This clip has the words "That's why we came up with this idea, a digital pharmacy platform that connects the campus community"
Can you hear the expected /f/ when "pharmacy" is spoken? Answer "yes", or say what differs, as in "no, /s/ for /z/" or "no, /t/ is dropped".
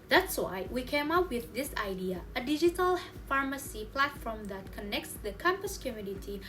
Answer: yes